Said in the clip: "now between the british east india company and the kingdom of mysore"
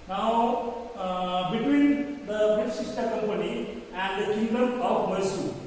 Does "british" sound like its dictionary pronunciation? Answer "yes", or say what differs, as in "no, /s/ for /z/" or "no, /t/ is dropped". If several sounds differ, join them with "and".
no, /ɹ/ is dropped